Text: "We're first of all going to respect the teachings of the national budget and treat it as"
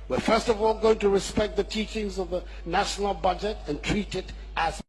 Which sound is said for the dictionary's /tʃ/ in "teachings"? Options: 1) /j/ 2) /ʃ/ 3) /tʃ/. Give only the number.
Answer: 3